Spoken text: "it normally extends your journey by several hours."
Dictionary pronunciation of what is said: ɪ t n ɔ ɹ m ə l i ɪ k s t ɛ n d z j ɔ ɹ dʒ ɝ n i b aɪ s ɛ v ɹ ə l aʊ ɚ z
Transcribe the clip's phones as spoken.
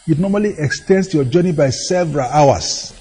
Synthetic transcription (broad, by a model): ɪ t n ɔ m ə l i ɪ k s t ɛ n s j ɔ dʒ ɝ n i b aɪ s ɛ v ɹ ə l aʊ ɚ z